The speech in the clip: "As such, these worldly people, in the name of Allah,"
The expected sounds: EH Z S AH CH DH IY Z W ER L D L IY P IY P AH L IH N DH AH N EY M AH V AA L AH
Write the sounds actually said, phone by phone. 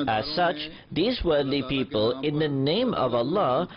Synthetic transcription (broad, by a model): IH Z S AH CH DH IY Z W ER D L IY P IY P AH L IH N DH AH N EY M AH V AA L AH